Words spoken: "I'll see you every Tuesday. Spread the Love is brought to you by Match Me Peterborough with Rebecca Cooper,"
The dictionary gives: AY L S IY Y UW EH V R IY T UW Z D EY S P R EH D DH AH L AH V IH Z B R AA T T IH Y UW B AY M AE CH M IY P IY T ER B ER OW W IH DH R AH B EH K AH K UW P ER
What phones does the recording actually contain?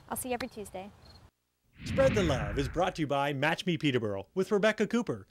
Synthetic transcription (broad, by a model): AY L S IY EH V R IY T UW Z D EY S P R EH D DH AH L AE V IH Z B R AA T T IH B AY M AE CH M IY P IY T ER B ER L W IH DH R AH B EH K AH K UW P ER